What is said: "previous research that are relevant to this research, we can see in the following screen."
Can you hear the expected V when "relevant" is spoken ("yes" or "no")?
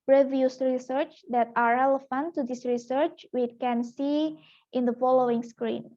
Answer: no